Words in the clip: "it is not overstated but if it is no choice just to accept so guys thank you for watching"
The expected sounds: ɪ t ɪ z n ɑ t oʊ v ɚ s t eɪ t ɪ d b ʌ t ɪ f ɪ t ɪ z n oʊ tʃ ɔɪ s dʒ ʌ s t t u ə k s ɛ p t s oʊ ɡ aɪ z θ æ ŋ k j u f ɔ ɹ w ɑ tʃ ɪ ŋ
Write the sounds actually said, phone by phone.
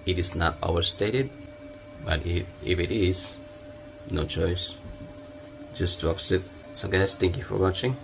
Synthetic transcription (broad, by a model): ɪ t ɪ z n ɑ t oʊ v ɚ s t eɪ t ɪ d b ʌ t ɪ f ɪ t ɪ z n oʊ tʃ ɔɪ s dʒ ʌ s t t u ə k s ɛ t s oʊ ɡ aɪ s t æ ŋ k j u f ɔ ɹ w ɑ tʃ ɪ ŋ